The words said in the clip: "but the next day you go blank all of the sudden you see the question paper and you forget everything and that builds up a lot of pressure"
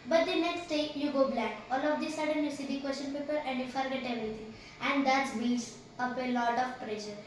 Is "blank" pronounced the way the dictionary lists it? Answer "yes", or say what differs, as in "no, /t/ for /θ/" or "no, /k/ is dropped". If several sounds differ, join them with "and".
no, /ŋ/ is dropped